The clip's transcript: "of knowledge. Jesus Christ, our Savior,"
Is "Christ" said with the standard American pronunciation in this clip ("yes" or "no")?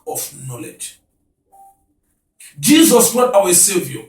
no